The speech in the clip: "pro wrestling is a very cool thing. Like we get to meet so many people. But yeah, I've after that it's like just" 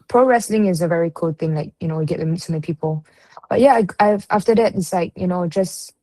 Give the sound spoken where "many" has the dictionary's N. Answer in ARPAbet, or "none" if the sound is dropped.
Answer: none